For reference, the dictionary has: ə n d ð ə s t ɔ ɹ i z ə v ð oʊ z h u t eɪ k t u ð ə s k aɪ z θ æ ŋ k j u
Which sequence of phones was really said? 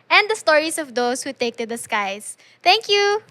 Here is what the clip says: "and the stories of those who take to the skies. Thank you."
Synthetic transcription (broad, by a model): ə n d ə s t ɔ ɹ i s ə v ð oʊ s h u t eɪ k t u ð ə s k aɪ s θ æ ŋ k j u